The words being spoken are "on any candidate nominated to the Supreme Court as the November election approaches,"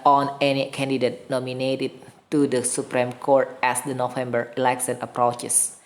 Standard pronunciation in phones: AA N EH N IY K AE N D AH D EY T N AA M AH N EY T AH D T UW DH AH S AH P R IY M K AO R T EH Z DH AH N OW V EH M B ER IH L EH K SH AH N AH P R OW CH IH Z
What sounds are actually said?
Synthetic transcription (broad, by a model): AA N EH N IY K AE N D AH D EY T N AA M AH N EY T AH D T UW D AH S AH P R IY M K AO R T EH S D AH N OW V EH M B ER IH L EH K S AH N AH P R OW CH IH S